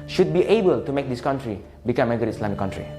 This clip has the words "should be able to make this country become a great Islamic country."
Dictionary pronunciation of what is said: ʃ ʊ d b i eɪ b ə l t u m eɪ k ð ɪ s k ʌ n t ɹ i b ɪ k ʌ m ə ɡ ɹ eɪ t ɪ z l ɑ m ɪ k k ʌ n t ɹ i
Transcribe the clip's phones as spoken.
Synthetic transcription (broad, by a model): ʃ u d b i eɪ b ə l t u m eɪ k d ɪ s k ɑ n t ɹ i b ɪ k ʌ m ə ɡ ʌ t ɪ s l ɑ m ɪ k k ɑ n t ɹ i